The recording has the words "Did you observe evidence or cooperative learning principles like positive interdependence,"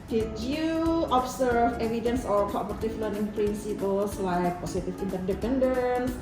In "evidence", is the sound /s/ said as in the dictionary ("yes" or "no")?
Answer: yes